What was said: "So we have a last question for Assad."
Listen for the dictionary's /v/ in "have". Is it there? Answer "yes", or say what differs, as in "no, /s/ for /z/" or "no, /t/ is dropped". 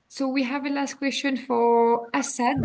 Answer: yes